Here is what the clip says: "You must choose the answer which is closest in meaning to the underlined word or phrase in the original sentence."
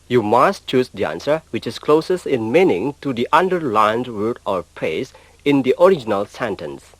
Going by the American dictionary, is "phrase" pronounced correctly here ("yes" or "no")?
no